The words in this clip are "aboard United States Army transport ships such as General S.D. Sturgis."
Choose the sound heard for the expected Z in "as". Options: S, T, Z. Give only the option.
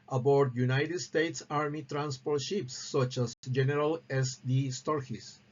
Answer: S